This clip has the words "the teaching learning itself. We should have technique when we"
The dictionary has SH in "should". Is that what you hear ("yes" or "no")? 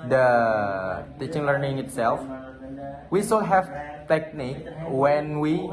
no